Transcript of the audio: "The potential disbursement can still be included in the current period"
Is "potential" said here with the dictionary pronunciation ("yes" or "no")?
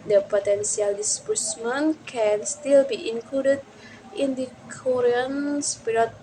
no